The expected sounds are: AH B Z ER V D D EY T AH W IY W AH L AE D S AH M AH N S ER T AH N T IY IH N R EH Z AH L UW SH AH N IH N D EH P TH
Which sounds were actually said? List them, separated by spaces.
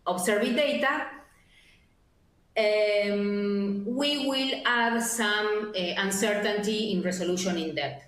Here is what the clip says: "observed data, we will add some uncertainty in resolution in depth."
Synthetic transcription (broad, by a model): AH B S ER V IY D EY T AH W IY W AH L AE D S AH M AH N S ER T AH N T IY IH N R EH S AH L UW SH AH N IH N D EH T